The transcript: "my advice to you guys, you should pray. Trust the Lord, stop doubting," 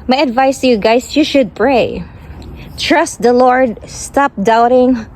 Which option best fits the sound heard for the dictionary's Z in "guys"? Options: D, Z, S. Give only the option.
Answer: S